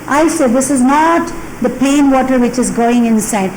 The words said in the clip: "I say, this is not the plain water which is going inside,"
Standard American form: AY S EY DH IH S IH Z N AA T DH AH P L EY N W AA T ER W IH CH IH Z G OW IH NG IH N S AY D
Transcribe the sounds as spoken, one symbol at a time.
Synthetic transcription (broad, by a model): AY S EY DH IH S IH Z N AA T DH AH P EY N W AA T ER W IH CH IH Z G OW IH NG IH N S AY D